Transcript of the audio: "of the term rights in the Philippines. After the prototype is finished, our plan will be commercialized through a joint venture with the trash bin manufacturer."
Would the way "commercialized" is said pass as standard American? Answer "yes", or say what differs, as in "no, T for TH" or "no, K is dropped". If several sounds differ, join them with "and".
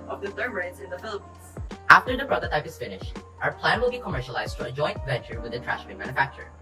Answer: yes